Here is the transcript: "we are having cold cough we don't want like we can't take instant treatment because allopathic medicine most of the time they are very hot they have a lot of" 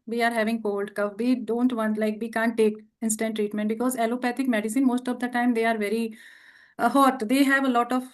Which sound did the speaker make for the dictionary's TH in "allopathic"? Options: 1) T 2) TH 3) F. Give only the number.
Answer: 1